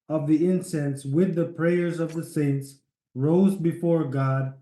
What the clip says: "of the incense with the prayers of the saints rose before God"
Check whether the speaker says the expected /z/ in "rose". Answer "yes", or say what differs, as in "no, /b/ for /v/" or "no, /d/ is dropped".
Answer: yes